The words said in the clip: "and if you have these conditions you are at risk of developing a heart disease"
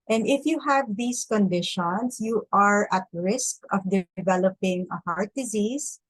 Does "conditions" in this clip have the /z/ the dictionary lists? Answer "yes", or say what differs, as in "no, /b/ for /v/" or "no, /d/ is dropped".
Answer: no, /s/ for /z/